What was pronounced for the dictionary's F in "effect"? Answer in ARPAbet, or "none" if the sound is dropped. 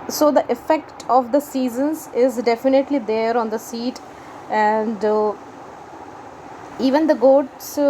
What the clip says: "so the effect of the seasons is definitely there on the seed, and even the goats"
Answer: F